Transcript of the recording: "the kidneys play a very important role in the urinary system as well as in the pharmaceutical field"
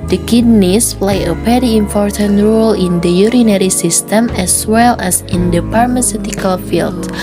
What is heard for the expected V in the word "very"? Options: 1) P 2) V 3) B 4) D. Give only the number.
1